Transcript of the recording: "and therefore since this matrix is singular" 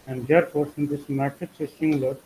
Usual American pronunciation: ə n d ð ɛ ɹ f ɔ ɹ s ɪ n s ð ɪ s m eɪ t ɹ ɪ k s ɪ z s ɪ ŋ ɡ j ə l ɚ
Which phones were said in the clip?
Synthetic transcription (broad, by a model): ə n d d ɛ ɹ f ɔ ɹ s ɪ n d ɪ s m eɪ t ɪ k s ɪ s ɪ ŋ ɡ l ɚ